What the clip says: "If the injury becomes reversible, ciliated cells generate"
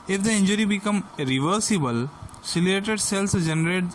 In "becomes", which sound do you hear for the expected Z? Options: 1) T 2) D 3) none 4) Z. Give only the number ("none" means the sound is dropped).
3